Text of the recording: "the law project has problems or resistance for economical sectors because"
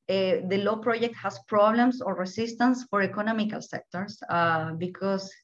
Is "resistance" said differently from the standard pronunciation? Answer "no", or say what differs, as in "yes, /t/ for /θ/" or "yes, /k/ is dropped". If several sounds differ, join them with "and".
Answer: yes, /s/ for /z/